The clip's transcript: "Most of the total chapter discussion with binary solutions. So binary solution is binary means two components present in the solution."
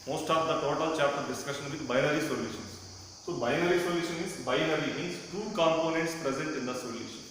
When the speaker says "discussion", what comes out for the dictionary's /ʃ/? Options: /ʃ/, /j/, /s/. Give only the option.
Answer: /ʃ/